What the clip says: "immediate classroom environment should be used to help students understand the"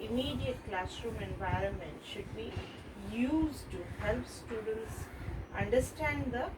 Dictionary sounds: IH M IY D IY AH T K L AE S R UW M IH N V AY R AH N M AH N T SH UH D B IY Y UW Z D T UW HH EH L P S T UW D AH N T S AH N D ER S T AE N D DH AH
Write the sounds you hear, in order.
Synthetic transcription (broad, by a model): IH M IY D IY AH T K L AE S R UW M IH N V AY R AH N M AH N T SH UH D B IY Y UW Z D T UW HH EH L P S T UW D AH N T S AH N D ER S T AE N D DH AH